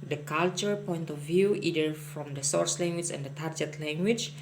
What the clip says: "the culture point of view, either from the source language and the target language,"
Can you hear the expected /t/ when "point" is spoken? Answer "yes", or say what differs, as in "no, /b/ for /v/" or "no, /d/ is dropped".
yes